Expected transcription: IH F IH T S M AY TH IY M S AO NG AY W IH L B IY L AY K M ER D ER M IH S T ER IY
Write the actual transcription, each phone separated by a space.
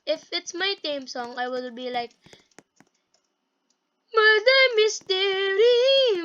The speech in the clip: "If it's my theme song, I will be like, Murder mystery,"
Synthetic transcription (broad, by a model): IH F IH T S M AY T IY M S AO NG AY W IH L B IY L AY K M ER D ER M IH S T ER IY